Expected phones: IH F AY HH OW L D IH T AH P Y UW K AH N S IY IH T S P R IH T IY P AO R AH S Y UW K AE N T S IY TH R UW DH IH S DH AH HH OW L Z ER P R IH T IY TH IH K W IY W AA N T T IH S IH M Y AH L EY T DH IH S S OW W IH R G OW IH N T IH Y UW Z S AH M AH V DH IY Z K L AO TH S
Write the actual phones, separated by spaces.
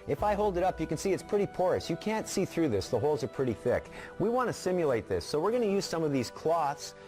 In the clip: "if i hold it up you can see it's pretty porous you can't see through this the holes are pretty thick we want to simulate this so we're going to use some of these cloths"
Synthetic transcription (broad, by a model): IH F AY HH OW L D IH T AH P Y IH K N S IY IH T S P R IH T IY P AO R AH S Y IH K AE N T S IY TH R UW DH IH S DH AH HH OW L Z ER P R IH T IY TH IH K W IY W AA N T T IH S IH M Y AH L EY T DH IH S S OW W IH R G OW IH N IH Y UW Z S AH M AH V DH IY Z K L AO TH S